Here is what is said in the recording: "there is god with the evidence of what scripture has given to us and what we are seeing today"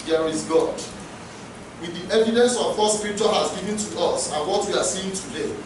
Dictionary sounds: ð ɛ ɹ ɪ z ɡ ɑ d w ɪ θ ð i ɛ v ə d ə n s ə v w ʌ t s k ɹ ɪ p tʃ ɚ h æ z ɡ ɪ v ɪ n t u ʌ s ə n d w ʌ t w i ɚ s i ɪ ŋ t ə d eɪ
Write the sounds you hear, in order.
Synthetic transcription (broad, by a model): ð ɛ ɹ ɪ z ɡ ɑ d w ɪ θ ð i ɛ v ə d ə n s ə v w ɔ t s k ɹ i tʃ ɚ h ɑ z ɡ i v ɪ n t u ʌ s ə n w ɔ t w i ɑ s i ɪ ŋ t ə d eɪ